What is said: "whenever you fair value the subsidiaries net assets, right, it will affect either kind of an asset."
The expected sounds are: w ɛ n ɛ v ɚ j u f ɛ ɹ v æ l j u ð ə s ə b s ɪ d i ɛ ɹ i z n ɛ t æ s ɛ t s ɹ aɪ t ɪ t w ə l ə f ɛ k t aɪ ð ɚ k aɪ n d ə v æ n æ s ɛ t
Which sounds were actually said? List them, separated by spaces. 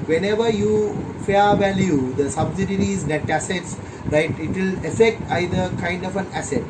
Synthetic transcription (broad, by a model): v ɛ n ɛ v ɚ j u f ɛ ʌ v æ l j u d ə s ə b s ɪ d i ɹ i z n ɛ t æ s ɛ t s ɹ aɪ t ɪ t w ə l ə f ɛ k t aɪ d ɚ k aɪ n d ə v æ n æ s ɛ t